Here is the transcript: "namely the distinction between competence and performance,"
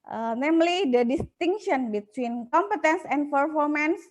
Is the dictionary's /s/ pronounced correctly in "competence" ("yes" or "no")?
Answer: yes